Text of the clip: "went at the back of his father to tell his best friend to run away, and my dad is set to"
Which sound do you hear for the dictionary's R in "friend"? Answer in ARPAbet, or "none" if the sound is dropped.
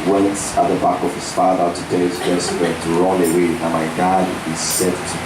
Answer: none